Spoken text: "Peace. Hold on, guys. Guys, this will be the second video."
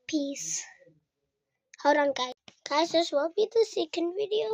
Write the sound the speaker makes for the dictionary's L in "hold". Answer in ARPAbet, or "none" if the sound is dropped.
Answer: W